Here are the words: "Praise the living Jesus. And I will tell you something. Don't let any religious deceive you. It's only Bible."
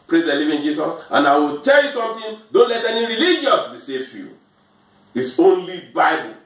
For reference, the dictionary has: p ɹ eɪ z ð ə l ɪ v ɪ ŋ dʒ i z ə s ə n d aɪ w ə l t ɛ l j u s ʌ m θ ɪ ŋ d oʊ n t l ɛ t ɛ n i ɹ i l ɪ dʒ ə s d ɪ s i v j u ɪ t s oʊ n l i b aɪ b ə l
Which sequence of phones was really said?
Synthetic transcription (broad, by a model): p ɹ eɪ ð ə l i v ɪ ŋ dʒ i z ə s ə n aɪ w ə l t ɛ l j u s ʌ m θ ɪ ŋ d oʊ n t l ɛ t ɛ n i ɹ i l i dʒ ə s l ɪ s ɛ f j u ɪ t s oʊ n l i b aɪ b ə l